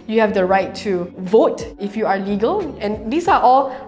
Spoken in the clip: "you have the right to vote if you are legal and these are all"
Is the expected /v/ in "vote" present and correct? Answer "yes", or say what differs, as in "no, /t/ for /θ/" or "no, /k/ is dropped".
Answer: yes